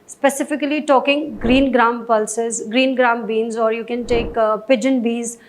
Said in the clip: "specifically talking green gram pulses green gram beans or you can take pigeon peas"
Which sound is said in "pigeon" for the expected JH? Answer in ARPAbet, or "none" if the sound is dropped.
JH